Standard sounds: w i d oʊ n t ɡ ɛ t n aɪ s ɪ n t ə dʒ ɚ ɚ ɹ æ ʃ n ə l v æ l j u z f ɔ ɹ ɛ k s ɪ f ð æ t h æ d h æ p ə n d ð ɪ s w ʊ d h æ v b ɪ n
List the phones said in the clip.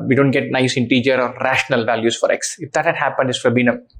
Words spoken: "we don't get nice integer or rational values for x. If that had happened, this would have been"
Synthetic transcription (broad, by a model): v i d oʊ n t ɡ ɛ t n aɪ s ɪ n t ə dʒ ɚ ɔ ɹ æ ʃ n ə l v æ l j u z f ɔ ɹ ɛ k s ɪ f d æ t h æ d h æ p ə n d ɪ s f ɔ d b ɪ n